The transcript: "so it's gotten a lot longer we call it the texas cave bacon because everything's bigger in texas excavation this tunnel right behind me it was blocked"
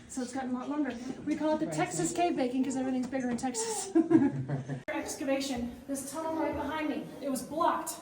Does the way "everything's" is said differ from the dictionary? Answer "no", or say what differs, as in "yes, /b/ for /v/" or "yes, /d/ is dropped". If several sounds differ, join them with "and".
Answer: no